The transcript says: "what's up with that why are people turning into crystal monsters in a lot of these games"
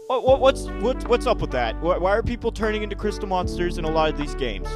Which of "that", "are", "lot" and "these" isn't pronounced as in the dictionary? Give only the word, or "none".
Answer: none